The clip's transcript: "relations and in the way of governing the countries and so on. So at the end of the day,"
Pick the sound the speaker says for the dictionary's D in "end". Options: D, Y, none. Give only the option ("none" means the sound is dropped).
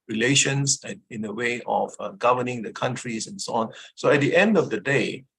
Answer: D